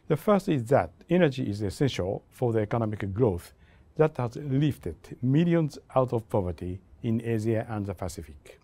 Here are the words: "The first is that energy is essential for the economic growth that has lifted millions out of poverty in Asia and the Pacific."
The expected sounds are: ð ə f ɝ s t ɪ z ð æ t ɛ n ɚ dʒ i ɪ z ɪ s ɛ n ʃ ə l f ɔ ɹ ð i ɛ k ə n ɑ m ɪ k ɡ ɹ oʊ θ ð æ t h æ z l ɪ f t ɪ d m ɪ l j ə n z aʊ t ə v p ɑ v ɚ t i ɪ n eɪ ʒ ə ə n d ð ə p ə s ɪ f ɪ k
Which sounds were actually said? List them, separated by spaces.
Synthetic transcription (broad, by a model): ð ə f ɝ s t ɪ z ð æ t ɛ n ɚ dʒ i ɪ z ɪ s ɛ n ʃ ə l f ɔ ɹ ð i ɛ k ə n ɑ m ɪ k ɡ ɹ oʊ θ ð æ t h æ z l ɪ f t ɪ d m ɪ l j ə n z aʊ t ə v p ɑ v ɚ t i ɪ n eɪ z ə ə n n ð ə p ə s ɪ f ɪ k